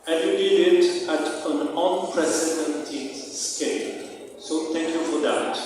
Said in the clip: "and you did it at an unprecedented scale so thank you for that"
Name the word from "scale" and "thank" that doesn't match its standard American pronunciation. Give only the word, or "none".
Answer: thank